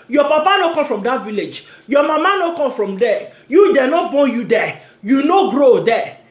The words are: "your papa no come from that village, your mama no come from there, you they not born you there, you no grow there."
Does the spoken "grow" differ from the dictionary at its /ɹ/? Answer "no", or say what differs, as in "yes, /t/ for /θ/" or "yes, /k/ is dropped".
no